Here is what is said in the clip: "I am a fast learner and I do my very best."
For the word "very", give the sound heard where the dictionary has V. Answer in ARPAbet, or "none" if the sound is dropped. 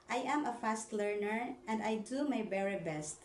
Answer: B